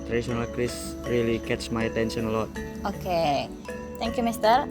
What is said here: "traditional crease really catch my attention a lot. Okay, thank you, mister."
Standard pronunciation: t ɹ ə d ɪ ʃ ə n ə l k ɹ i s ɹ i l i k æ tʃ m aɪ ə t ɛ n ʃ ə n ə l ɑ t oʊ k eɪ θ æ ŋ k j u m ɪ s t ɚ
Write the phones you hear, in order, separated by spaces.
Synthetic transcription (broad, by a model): t ɹ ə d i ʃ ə n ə l k ɹ i s ɹ i l i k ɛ s m aɪ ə t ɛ n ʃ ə n ə l ɑ t oʊ k eɪ t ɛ ŋ k j u m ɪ s t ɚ